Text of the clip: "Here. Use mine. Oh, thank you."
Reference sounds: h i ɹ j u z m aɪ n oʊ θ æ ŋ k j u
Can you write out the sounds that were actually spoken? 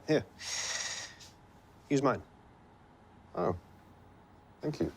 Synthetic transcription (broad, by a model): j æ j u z m aɪ n oʊ θ æ ŋ k j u